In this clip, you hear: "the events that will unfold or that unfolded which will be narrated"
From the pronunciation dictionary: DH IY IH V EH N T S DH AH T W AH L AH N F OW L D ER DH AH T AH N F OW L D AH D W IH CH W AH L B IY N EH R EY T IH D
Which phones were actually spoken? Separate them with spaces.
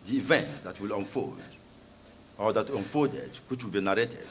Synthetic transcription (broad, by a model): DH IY V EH N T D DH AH T W AH L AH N F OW D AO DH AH T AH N F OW D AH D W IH CH W AH L B IY N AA R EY T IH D